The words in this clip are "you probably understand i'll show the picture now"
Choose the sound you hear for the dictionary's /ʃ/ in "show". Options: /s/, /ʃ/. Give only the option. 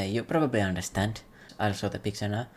/s/